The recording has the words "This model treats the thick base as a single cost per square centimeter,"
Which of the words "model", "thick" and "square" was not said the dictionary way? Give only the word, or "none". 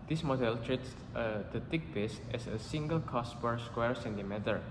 thick